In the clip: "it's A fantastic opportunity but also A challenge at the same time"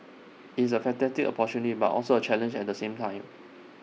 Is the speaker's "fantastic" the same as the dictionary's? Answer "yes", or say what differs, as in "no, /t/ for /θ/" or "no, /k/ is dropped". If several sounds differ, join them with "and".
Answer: no, /s/ is dropped